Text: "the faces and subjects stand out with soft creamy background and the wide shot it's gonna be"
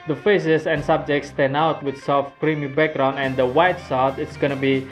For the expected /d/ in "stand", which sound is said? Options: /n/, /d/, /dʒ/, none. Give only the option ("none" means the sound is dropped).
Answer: none